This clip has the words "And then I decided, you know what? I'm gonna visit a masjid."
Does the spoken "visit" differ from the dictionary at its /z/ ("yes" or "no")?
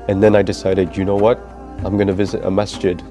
no